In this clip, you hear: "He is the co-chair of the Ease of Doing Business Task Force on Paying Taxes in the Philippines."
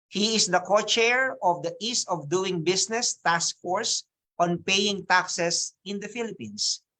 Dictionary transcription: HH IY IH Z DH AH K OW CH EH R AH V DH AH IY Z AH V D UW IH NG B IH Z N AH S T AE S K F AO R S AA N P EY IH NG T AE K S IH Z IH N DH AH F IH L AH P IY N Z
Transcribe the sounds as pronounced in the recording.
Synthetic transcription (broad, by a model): HH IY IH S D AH K OW CH EH R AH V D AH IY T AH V D UW IH NG B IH S N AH S T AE S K F AO R S AA N P EY IH NG T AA K S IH S IH N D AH F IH L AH P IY N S